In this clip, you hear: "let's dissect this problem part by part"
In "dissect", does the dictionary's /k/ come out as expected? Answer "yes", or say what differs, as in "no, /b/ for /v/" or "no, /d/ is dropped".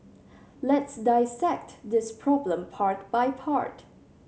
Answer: yes